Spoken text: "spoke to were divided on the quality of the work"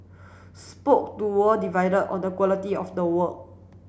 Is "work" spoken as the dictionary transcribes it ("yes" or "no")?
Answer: no